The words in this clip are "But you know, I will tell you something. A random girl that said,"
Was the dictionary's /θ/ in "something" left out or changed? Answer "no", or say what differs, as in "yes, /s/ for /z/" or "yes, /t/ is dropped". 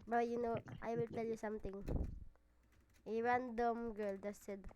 yes, /t/ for /θ/